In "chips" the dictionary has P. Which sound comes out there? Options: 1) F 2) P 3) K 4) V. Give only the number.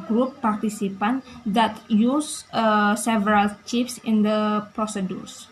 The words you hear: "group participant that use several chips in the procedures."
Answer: 1